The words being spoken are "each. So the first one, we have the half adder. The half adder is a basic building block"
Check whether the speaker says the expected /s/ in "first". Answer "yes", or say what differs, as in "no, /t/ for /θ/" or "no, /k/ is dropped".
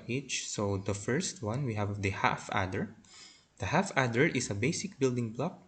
yes